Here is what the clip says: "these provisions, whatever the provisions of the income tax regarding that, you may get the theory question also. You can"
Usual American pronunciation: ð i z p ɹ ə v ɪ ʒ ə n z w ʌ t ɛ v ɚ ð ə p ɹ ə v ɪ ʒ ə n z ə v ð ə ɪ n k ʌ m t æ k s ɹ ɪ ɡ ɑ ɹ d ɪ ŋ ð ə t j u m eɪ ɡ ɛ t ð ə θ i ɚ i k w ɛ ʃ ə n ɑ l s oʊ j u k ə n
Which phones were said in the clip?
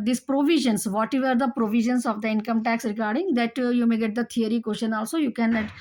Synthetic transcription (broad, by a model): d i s p ɹ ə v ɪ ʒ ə n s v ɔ t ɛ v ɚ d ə p ɹ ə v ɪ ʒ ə n s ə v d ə ɪ n k ʌ m t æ k s ɹ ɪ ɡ ɑ ɹ d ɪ ŋ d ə t j u m eɪ ɡ ɛ t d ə t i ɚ i k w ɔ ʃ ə n ɑ l s oʊ j u k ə n